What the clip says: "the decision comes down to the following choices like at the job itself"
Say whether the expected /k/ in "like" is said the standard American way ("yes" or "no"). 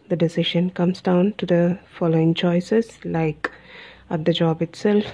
yes